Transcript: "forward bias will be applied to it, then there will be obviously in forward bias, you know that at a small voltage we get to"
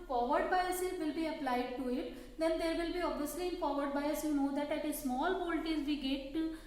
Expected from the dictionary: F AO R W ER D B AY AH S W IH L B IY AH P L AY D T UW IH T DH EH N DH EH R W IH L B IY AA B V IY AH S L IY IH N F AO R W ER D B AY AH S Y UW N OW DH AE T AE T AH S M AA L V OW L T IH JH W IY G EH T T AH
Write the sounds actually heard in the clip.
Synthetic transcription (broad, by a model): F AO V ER D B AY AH S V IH L B IY AH P L AY D T UW IH T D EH N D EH R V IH L B IY AA B V IY AH S L IY IH N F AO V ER D B AY AH S Y UW N OW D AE T AE T AH S M AA L P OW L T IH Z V IY G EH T T